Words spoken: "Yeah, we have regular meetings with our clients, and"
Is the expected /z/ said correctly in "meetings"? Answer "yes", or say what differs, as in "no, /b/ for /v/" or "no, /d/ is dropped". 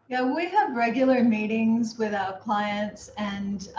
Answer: yes